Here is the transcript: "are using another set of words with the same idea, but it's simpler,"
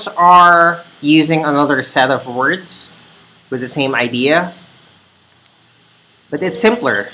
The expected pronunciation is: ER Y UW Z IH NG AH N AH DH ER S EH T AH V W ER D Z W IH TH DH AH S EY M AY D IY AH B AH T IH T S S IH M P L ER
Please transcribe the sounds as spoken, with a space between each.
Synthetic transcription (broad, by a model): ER Y UW Z IH NG AH N AH DH ER S EH T AH V W ER D Z W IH DH AH S EY M AY D IY AH B AH T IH T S S IH M P L ER